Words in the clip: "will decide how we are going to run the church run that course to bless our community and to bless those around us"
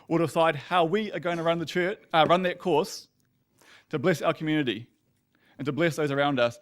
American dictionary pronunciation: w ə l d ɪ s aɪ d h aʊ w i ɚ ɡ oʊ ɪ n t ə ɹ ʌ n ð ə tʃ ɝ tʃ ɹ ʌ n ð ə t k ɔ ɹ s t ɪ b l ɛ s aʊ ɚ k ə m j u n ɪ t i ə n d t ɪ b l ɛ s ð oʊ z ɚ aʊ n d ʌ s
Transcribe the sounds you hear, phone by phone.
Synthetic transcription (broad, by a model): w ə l d ɪ s aɪ d h aʊ w i ɚ ɡ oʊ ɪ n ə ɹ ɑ n ð ə tʃ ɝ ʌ ɹ ʌ n ð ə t k ɔ ɹ s t ɪ b l ɛ s aʊ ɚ k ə m j u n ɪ t i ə n t ɪ b l ɛ s ð oʊ z ɚ aʊ n d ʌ s